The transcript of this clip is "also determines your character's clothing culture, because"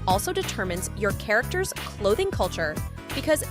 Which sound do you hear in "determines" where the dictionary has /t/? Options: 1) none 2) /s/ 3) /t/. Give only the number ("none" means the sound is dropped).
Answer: 3